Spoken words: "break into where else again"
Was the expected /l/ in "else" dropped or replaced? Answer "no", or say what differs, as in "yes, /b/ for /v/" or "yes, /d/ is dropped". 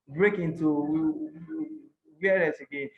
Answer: yes, /l/ is dropped